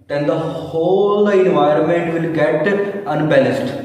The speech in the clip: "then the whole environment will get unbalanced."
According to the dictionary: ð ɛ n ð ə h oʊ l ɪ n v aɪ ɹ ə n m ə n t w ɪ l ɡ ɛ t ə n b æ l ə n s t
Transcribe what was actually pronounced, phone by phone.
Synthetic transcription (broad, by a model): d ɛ n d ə h oʊ l ɪ n v aɪ ɹ ə n m ə n t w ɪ l ɡ ɛ t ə n b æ l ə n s t